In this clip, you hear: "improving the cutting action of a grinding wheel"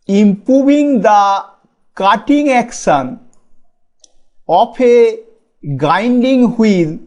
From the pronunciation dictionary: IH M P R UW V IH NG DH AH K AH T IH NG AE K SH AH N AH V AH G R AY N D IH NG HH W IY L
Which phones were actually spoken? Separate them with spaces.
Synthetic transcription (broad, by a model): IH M P R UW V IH NG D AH K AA T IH NG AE K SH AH N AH P AH G AY N D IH NG HH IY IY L